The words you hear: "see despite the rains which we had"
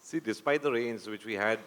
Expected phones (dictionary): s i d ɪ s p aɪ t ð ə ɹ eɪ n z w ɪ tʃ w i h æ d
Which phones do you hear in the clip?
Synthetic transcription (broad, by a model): s i d ɪ s p aɪ t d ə ɹ eɪ n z w ɪ tʃ w i h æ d